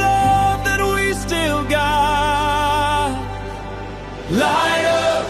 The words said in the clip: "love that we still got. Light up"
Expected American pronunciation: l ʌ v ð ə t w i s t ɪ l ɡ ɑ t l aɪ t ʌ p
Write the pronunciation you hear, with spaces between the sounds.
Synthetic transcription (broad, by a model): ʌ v ð ə t w i s t ɪ l ɡ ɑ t l aɪ ʌ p